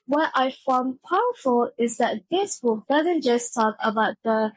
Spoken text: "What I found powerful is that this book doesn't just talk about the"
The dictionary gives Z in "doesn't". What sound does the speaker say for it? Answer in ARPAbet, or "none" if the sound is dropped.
Z